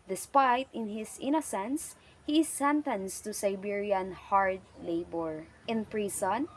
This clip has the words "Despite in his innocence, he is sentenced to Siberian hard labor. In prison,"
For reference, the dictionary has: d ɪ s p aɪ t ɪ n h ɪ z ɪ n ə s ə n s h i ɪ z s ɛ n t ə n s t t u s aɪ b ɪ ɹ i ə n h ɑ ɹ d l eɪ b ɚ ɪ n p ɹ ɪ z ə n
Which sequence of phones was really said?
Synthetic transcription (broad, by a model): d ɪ s p aɪ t ɪ n h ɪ s ɪ n ə s ə n s h i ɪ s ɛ n t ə n s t t u s aɪ b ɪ ɹ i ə n h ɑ ɹ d l eɪ b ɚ ɪ n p ɹ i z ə n